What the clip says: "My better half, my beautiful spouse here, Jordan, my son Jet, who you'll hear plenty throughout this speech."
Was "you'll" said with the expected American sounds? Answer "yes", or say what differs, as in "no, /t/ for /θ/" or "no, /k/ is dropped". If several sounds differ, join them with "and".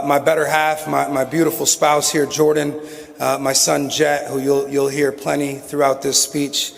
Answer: yes